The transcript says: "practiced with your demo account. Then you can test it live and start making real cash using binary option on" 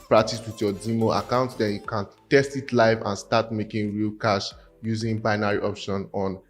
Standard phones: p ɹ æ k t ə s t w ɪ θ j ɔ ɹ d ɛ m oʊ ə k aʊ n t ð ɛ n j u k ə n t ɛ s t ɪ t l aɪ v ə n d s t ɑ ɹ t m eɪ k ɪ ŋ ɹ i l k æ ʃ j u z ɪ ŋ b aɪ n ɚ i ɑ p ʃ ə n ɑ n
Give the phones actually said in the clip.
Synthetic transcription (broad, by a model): p ɹ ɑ k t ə s w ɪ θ j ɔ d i m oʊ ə k aʊ n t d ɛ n j u k ə n t ɛ s t ɪ t l aɪ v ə n s t ɑ t m eɪ k ɪ ŋ ɹ i l k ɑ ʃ j u z ɪ ŋ b aɪ n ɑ i ɑ p ʃ ə n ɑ n